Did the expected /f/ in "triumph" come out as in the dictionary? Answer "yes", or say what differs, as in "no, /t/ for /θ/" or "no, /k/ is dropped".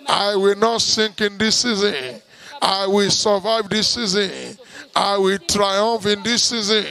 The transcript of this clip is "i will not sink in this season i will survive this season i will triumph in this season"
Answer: yes